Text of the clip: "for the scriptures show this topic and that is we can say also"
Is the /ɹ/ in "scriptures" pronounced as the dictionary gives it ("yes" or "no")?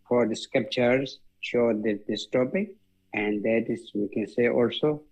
no